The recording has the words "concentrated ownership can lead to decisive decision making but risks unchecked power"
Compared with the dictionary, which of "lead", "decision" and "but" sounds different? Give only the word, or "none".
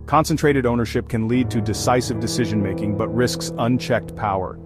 none